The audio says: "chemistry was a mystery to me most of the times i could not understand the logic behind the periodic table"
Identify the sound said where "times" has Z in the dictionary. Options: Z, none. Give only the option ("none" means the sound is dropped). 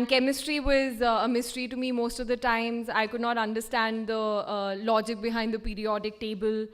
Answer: Z